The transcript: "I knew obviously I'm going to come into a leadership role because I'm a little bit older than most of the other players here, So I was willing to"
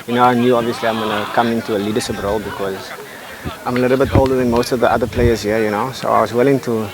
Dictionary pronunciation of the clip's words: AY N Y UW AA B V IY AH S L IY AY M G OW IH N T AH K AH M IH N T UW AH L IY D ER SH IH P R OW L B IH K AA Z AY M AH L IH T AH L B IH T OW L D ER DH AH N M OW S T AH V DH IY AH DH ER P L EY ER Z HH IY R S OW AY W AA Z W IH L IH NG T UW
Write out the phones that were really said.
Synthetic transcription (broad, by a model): AY N Y UW AA B V IY AH S L IY AY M G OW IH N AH K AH M IH N T UW AH L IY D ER SH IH P R OW L B IH K AA Z AY M AH L IH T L B IH T OW L D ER DH AH N M OW S T AH V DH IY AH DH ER P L EY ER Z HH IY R S OW AY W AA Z W IH L IH NG T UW